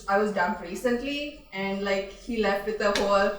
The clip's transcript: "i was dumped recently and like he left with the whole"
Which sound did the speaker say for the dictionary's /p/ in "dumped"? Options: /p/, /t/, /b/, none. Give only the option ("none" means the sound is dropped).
none